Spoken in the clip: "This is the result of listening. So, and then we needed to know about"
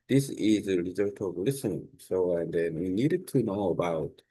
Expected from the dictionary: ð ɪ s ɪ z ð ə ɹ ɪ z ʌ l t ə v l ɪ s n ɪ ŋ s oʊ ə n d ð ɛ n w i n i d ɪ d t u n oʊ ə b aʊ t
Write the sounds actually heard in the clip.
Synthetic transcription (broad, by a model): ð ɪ s ɪ z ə l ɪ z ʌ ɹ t ə v l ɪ s ɪ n s oʊ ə n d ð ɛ n w i n i d ɪ d t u n oʊ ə b aʊ t